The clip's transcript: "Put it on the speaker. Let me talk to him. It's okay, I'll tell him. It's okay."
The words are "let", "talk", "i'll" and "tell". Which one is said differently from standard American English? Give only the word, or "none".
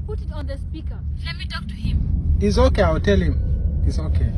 i'll